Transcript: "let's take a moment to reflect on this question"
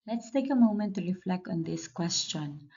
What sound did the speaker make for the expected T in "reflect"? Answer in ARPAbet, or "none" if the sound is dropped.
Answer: T